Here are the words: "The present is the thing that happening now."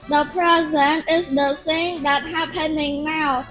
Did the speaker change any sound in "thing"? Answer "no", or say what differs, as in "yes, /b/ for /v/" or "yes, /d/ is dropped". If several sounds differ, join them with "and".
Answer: yes, /s/ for /θ/